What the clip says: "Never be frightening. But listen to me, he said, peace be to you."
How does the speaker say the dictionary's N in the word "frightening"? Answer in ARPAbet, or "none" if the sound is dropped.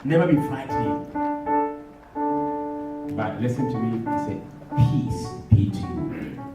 none